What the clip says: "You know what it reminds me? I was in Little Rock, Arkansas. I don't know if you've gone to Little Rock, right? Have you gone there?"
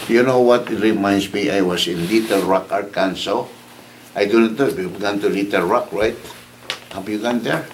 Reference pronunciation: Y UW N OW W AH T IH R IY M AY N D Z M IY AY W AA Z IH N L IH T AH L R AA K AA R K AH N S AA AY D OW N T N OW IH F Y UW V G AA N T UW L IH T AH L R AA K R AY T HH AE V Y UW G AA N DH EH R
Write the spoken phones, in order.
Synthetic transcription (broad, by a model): Y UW N OW W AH T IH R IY M AY N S M IY AY W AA S IH N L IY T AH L R AA K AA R K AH N S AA AY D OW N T N OW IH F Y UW B G AA N T UW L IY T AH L R AA K R AY T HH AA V Y UW G AA N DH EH R